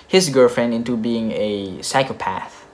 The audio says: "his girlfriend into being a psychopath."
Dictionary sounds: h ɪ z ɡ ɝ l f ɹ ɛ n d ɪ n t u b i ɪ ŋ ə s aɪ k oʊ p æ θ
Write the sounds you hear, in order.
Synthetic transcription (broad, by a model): h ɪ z ɡ ɝ l f ɹ ɛ n d ɪ n t u b i ɪ ŋ ə s aɪ k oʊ p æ θ